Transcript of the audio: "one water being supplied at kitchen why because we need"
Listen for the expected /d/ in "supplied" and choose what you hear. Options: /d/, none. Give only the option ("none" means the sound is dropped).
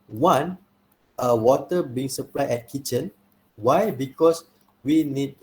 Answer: none